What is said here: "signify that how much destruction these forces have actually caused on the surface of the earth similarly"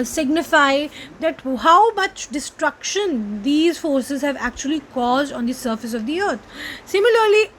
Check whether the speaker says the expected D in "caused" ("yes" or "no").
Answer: yes